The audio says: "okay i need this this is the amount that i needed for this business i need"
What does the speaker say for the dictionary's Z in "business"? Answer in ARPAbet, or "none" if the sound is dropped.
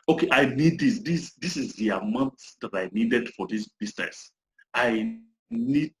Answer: S